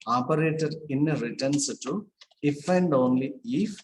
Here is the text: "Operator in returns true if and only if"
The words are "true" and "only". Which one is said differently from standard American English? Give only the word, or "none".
true